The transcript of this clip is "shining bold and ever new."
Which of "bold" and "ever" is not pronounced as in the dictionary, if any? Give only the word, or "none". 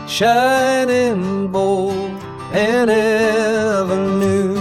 bold